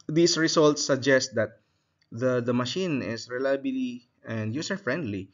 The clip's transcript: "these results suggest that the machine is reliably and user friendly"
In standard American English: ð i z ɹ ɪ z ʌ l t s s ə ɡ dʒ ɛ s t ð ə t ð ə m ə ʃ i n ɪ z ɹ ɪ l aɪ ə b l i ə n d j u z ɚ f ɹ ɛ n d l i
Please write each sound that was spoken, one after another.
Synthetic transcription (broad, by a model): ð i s ɹ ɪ s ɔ l t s s ə ɡ dʒ ɛ s t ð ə t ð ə m ə ʃ i n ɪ s ɹ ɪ l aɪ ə b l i ə n d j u s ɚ f ɹ ɛ n d l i